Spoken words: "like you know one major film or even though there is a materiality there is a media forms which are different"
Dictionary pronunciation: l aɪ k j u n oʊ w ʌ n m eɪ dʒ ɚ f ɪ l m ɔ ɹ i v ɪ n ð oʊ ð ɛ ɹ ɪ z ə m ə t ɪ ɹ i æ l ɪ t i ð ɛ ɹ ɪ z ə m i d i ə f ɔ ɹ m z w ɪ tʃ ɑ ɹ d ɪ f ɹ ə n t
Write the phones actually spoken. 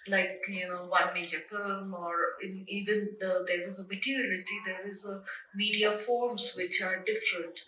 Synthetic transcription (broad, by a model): l aɪ k j u n oʊ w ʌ n m eɪ dʒ ɚ f ɪ l m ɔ ɹ i v ɪ n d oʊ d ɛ ɹ ɪ z ə m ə t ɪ ɹ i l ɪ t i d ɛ ɹ ɪ z ə m i d i ə f ɔ ɹ m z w ɪ tʃ ɑ ɹ d ɪ f ɹ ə n t